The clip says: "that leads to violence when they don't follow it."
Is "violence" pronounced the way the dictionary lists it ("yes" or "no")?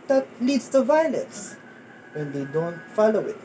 yes